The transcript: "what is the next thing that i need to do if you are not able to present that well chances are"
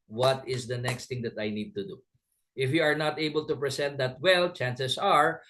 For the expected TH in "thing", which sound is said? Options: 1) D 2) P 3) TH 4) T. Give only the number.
4